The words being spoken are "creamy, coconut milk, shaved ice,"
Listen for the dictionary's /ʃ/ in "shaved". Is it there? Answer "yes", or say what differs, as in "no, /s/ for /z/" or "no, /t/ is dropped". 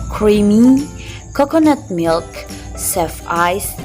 no, /s/ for /ʃ/